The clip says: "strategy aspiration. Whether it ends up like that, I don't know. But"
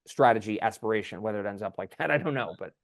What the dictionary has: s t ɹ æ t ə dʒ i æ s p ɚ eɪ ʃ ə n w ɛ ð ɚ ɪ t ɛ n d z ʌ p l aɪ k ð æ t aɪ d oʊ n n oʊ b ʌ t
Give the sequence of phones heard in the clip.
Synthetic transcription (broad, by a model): s t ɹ æ t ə dʒ i æ s p ɚ eɪ ʃ ə n w ɛ ð ɚ ɪ t ɛ n d z ʌ p l aɪ k ð æ t aɪ d oʊ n n oʊ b ʌ t